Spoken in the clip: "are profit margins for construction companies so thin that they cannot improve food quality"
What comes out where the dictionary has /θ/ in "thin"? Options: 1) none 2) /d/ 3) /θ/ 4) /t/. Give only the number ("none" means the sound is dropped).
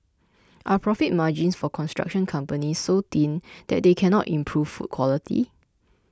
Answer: 4